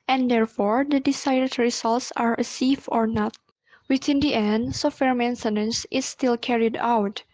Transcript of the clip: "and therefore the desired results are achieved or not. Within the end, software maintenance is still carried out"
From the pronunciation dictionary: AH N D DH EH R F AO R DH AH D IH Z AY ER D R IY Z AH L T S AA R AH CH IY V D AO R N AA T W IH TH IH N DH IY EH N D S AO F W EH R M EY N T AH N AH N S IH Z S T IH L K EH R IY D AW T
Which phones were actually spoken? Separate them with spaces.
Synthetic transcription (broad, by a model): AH N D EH R F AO R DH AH D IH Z AY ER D R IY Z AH L T S AA R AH S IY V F AO R N AA T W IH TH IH N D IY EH N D S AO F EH R M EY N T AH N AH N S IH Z S T IH L K EH R IY D AW T